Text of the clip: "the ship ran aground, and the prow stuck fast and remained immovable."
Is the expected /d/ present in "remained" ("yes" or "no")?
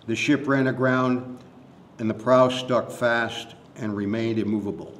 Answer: yes